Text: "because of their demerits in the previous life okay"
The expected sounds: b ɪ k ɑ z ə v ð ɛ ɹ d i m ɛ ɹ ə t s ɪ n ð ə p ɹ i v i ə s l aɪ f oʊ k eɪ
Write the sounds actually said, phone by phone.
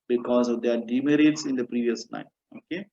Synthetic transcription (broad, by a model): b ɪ k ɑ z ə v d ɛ ɹ d i m ɛ ɹ ə t s ɪ n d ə p ɹ i v i ə s n aɪ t oʊ k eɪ